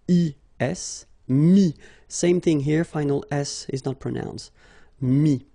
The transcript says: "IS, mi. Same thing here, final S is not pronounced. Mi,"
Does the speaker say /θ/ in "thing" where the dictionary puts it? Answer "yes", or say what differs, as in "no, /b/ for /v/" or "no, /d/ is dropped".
yes